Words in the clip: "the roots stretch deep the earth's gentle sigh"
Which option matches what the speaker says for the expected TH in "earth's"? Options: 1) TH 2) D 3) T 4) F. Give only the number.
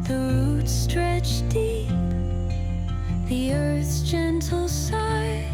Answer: 1